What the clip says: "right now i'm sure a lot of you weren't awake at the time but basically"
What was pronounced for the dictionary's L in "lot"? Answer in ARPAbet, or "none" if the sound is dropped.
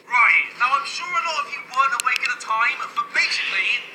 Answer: N